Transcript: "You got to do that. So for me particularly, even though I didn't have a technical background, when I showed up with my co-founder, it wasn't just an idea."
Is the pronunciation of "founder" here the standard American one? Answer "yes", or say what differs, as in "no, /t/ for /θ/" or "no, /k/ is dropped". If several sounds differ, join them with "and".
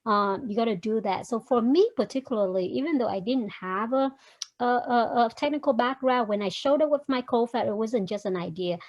no, /n/ is dropped